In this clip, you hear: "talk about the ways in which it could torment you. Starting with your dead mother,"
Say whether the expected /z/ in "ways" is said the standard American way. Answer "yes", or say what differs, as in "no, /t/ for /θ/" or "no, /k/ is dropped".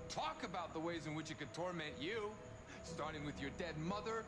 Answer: yes